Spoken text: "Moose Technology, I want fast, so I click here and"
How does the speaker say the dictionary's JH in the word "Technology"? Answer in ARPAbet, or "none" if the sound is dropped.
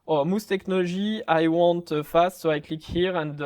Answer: ZH